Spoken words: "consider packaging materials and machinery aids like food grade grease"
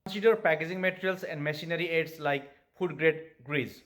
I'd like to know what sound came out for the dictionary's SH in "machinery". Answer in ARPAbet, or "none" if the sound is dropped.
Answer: S